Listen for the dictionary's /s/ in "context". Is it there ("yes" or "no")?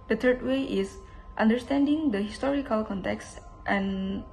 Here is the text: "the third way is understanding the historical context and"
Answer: yes